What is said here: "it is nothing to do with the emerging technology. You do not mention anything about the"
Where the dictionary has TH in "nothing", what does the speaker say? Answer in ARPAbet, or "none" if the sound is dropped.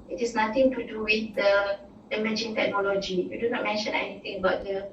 T